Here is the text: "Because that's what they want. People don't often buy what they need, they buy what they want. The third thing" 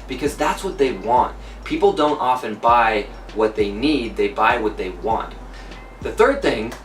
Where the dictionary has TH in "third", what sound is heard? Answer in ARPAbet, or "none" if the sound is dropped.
TH